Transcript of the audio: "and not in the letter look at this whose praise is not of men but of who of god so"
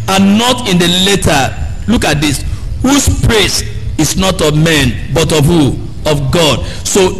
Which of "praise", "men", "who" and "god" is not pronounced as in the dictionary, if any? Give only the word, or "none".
praise